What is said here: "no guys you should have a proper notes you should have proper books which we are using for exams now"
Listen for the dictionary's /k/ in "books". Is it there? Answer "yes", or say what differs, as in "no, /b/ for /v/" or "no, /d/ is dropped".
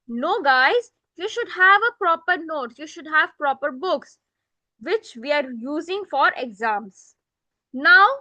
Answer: yes